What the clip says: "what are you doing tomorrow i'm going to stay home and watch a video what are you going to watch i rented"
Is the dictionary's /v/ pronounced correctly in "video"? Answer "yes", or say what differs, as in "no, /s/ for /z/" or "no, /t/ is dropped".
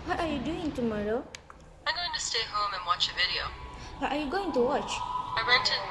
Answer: yes